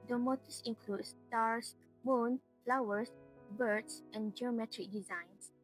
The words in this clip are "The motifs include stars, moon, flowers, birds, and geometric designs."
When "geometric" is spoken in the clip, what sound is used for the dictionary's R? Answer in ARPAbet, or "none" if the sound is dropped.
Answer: R